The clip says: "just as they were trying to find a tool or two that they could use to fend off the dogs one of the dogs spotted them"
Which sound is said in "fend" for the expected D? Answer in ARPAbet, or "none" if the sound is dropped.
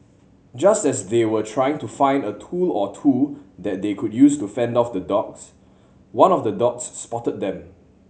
D